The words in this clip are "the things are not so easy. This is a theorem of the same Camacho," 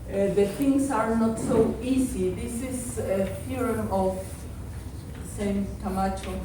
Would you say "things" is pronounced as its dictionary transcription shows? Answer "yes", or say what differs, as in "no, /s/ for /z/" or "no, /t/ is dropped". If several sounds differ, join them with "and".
no, /t/ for /θ/ and /s/ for /z/